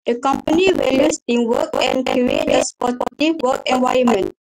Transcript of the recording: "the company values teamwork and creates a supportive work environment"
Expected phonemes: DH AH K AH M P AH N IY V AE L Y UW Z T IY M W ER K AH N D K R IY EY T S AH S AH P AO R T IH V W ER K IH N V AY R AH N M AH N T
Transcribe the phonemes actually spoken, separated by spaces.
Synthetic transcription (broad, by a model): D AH K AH M P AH N IY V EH L Y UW S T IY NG W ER K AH N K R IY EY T AH S P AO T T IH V W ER K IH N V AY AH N M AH N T